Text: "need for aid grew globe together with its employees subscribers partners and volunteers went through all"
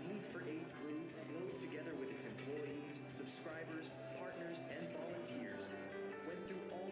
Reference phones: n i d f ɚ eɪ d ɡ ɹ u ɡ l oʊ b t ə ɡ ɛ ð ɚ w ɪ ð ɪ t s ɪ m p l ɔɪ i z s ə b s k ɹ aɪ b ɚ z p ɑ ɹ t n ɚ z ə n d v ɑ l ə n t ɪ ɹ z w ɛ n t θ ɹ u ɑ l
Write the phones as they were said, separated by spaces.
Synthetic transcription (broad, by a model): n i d f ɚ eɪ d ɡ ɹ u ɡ l oʊ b t ə ɡ ɛ ð ɚ w ɪ ð ɪ t s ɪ m p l ɔɪ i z s ə b s k ɹ aɪ b ɚ z p ɑ ɹ t n ɚ z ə n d v ɑ l ə n t ɪ ɹ z w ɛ n θ ɹ u ɑ l